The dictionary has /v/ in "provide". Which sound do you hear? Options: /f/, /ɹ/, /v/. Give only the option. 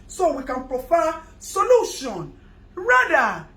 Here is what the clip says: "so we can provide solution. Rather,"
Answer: /f/